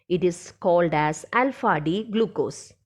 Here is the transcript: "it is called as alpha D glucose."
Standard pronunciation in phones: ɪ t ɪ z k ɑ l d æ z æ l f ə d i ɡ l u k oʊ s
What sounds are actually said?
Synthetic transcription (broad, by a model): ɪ t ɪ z k ɑ l d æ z æ l f ə d i ɡ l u k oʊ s